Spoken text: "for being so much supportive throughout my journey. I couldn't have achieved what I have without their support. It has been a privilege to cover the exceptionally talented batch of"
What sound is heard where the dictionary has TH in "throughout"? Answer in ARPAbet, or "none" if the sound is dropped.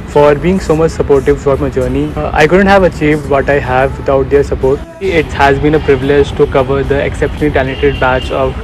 F